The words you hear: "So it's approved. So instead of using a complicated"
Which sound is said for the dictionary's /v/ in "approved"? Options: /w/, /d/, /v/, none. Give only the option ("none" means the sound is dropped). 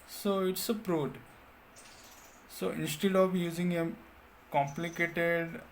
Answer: none